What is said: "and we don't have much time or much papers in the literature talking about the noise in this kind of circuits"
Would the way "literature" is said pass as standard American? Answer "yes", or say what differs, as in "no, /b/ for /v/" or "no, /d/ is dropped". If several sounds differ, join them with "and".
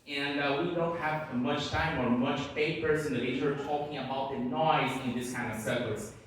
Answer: no, /tʃ/ is dropped